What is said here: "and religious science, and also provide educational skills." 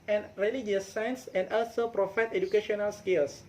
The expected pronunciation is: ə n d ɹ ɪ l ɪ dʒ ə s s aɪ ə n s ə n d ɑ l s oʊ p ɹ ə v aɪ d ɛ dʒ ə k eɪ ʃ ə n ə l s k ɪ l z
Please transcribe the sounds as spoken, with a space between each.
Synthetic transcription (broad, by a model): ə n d ɹ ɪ l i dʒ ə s s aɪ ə n s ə n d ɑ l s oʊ p ɹ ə f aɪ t ɛ dʒ ə k eɪ ʃ ə n ə l s k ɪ l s